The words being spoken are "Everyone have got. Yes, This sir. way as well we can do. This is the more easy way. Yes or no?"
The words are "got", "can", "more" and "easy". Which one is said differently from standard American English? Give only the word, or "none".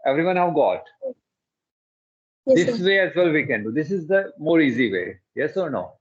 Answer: none